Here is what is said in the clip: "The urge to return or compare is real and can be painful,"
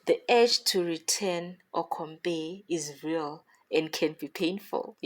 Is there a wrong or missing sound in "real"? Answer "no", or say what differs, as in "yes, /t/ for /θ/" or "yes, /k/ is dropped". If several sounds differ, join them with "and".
no